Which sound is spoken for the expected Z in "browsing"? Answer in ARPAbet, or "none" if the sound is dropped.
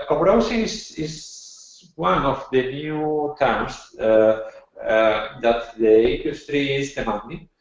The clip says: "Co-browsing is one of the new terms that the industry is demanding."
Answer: S